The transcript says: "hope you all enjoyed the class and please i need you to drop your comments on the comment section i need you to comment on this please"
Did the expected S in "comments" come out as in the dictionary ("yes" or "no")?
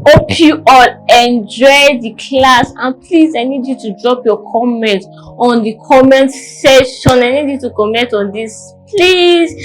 no